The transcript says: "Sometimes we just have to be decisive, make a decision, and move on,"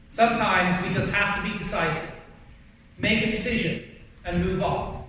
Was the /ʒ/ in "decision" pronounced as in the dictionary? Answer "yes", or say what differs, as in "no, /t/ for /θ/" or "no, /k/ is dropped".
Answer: yes